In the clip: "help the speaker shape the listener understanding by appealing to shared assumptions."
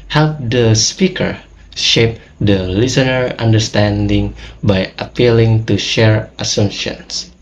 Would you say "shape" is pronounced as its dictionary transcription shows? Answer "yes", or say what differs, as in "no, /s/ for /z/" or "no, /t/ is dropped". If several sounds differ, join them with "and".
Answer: yes